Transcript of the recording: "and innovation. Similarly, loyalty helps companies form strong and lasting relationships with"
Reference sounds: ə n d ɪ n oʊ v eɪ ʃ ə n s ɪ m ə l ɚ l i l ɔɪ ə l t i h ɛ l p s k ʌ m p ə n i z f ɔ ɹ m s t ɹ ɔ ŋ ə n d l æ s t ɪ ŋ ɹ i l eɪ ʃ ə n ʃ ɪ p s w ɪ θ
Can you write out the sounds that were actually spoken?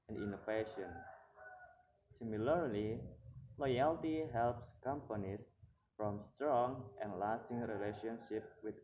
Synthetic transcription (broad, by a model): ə n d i n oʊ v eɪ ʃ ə n s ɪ m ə l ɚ l i l ɔɪ ə l t i h ɛ l p s k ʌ m p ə n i s f ɔ m s t ɹ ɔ ŋ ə n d l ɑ s t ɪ ŋ ɹ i l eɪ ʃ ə n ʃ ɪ p w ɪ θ